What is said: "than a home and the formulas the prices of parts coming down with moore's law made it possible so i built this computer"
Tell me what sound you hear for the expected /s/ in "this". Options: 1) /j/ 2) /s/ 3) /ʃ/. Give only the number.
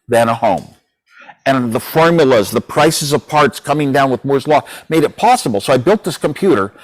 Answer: 2